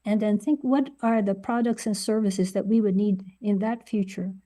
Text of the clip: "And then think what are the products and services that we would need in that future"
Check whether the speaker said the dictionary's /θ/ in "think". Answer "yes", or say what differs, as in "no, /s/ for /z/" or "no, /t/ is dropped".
yes